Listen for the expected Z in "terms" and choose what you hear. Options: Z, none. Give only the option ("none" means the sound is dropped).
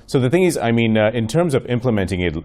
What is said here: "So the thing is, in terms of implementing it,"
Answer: Z